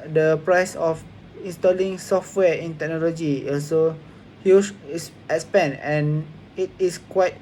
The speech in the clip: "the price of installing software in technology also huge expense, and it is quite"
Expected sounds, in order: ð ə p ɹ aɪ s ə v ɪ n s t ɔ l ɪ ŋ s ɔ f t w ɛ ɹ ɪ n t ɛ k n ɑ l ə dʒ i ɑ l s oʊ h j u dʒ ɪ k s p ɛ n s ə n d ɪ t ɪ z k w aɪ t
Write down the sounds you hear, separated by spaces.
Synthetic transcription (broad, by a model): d ə p ɹ aɪ s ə f ɪ n s t ɔ l ɪ ŋ s ɔ f t w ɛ ɪ n t ɛ k n ɑ l ə dʒ i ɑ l s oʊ h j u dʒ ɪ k s p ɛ n ə n ɪ t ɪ s k w aɪ t